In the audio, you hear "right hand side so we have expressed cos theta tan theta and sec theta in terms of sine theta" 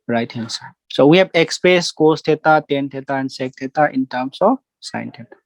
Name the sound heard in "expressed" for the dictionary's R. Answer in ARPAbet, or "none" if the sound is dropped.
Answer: none